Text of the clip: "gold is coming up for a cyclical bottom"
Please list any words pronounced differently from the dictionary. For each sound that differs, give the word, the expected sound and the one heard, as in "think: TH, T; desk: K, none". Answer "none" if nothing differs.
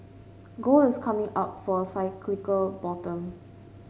gold: D, none; is: Z, S